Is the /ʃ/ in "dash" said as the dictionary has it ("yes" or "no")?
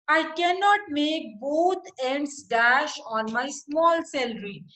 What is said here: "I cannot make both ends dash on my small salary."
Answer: yes